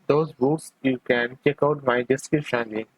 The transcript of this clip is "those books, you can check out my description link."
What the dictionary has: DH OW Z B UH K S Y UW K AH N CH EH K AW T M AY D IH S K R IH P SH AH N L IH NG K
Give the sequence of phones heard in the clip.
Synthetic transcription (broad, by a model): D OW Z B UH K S Y UW K AH N CH EH K AW T M AY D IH S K IH SH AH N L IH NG